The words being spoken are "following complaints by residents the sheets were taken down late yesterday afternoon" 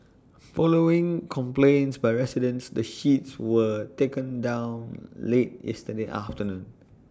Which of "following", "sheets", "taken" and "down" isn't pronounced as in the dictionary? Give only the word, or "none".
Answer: none